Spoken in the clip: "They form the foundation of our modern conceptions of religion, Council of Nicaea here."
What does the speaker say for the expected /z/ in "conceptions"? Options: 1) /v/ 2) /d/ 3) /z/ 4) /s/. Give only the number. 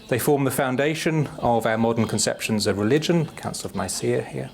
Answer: 3